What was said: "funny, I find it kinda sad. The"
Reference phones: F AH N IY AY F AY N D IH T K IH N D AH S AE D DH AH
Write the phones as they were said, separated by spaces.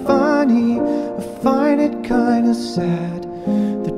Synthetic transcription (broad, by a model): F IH N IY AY F AY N IH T K IH N D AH S AE D DH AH